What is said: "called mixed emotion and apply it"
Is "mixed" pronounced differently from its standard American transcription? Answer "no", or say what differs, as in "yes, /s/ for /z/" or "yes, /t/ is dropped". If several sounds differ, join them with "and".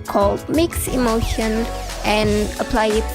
yes, /t/ is dropped